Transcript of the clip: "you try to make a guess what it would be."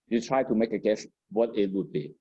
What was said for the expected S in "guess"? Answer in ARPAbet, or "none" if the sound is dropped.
SH